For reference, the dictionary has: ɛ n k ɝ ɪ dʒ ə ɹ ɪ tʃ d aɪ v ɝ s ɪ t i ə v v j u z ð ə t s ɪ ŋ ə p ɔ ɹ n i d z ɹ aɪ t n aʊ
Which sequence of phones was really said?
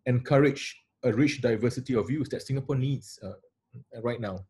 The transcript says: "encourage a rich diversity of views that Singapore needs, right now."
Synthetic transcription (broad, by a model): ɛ n k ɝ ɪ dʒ ə ɹ ɪ tʃ d aɪ v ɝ s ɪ t i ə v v j u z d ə t s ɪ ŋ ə p ɔ n i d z ɹ aɪ t n aʊ